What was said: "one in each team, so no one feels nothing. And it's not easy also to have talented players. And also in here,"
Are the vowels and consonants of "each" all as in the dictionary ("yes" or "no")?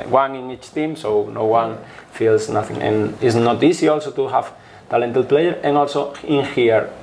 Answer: yes